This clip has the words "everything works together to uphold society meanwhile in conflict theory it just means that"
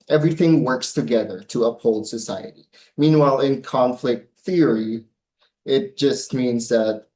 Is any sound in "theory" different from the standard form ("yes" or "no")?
no